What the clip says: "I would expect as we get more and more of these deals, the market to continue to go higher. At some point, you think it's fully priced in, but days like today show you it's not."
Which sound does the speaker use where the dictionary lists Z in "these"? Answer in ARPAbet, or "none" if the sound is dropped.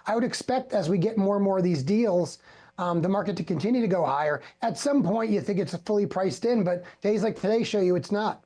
Z